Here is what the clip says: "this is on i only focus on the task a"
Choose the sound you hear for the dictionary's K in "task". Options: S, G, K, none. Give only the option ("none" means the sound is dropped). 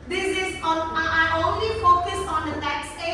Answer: none